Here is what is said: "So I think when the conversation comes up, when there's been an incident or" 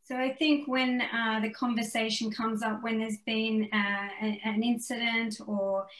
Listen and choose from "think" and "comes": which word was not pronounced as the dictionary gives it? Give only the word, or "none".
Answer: none